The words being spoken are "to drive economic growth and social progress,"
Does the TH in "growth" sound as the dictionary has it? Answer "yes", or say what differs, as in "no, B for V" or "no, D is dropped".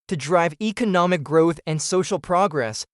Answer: yes